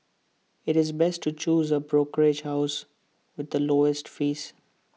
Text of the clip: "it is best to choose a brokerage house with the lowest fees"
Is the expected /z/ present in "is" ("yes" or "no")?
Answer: yes